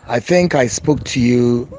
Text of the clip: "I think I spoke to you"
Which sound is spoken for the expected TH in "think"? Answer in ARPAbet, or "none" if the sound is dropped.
TH